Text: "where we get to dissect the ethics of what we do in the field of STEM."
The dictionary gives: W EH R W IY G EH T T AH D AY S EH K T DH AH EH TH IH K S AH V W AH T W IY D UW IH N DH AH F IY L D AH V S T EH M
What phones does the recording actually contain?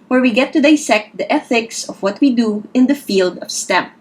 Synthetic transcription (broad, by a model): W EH R W IY G EH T T AH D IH S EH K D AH EH TH IH K S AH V W AH T W IY D UW IH N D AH F IY L D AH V S T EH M